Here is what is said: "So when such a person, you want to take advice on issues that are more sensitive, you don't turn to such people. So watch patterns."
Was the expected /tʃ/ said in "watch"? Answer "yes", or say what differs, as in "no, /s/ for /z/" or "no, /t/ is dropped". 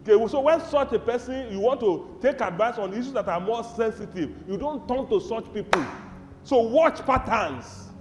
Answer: yes